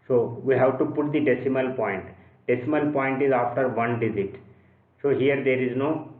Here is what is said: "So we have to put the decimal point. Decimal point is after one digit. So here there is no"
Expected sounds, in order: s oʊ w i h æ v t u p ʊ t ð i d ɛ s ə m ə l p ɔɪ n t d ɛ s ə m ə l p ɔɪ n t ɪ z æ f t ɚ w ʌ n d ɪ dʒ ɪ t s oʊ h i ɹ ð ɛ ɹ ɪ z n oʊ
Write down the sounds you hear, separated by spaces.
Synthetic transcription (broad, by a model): s oʊ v i h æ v t u p ʊ t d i d ɛ s ə m ə l p ɔɪ n t d ɛ s ə m ə l p ɔɪ n t ɪ z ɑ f t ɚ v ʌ n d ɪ z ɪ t s oʊ h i ɹ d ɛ ɹ ɪ z n oʊ